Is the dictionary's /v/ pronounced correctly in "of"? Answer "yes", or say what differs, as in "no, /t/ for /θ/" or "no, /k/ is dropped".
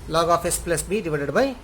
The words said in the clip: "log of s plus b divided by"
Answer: no, /p/ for /v/